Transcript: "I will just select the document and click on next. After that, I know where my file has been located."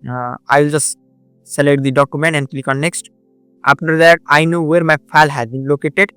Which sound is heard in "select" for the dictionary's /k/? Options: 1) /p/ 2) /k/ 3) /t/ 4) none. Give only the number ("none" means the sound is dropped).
4